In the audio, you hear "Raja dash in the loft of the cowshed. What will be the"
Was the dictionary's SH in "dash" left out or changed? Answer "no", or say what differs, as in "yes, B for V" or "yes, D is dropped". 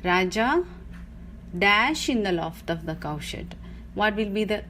no